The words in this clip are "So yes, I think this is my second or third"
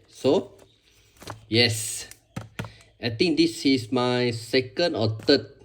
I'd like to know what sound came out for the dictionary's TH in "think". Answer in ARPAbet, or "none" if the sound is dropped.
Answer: T